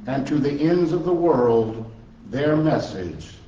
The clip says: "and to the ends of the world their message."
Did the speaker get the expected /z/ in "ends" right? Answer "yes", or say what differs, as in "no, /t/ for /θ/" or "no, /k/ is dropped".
yes